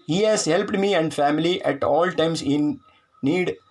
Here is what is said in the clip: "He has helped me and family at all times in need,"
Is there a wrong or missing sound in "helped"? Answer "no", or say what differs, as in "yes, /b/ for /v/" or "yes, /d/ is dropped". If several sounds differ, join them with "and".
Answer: no